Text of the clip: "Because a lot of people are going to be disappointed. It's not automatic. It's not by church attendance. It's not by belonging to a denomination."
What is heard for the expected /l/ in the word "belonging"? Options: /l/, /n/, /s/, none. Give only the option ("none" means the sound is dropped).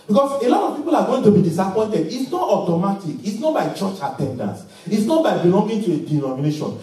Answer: /n/